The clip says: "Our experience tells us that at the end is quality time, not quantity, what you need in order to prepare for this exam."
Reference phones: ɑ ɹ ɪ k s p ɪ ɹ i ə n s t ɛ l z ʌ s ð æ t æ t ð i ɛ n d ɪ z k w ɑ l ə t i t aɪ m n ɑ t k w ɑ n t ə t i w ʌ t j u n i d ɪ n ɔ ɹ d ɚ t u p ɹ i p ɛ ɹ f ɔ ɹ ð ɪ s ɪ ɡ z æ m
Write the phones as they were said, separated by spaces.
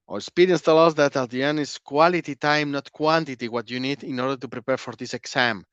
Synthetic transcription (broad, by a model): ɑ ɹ s p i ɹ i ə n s t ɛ l ʌ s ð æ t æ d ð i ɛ n ɪ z k w ɑ l ə t i t aɪ m n ɑ t k w ɑ n t ə t i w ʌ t j u n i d ɪ n ɔ ɹ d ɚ t u p ɹ i p ɛ ɹ f ɔ ɹ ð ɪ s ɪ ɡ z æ m